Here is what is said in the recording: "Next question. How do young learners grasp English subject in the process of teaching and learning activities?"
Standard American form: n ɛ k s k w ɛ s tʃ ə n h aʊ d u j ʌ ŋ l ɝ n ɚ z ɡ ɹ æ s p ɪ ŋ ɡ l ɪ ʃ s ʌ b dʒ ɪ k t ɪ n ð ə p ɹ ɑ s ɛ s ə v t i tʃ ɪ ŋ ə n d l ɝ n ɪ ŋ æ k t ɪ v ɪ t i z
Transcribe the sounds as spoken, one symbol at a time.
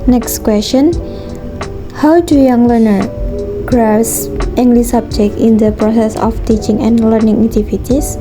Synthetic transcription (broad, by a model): n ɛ k s k w ɛ s tʃ ə n h aʊ d u j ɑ ŋ l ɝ n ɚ ɡ ɹ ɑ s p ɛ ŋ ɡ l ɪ s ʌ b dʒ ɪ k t ɪ n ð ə p ɹ ɑ s ɛ s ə f t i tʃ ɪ ŋ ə n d l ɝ n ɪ ŋ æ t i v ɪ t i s